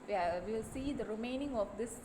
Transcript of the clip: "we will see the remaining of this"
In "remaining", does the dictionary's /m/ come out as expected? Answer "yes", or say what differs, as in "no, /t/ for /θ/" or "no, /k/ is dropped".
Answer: yes